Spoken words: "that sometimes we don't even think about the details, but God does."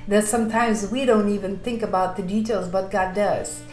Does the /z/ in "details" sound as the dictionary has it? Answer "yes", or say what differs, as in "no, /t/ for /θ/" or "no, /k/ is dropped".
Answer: yes